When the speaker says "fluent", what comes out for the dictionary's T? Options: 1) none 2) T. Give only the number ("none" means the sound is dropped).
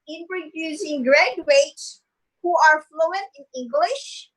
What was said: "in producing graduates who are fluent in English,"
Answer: 1